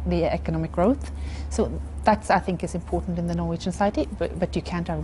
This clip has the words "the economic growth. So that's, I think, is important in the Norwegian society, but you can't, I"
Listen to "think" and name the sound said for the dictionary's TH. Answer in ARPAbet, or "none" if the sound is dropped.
TH